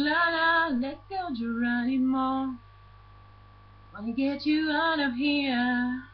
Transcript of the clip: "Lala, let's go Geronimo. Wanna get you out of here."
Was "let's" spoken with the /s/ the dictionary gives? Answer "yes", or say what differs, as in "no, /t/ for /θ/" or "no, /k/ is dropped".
no, /s/ is dropped